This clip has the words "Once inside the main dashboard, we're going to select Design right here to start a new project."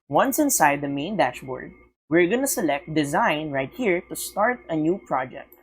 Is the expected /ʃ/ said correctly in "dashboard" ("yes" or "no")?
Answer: yes